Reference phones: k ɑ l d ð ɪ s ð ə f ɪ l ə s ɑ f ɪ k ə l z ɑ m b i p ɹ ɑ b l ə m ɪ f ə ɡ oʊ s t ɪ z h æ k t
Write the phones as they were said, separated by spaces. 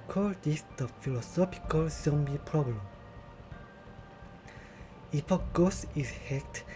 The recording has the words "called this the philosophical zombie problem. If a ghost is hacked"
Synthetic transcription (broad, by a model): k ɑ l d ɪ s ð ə f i l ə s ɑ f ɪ k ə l s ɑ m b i p ɹ ɑ b l ə m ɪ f ə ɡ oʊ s ɪ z h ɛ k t